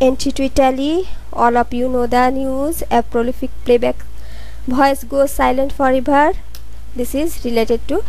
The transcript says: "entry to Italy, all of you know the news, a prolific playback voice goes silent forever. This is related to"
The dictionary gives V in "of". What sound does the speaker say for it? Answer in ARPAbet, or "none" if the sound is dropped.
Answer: P